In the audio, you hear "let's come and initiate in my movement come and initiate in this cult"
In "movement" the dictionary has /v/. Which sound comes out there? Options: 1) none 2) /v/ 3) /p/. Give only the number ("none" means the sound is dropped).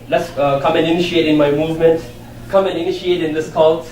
2